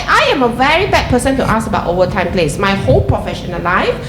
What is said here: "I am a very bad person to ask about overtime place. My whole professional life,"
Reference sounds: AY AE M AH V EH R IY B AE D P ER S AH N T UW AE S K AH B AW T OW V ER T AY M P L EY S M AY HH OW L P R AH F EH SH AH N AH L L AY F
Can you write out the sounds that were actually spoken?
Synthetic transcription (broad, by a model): AY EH M AH V EH R IY B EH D P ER S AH N T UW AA S AH B AW T OW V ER T AY M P L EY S M AY HH OW L P R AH F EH SH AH N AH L L AY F